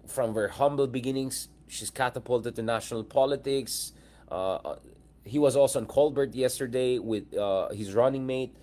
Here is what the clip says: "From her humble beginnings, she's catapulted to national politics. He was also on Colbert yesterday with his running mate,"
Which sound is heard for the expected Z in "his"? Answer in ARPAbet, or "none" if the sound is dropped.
Z